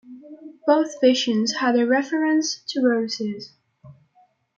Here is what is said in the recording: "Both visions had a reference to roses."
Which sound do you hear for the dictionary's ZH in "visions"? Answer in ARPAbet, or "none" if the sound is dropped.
SH